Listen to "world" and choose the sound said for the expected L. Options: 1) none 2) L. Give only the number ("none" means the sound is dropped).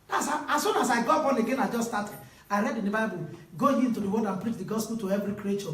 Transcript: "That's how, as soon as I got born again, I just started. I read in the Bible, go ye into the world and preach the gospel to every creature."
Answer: 1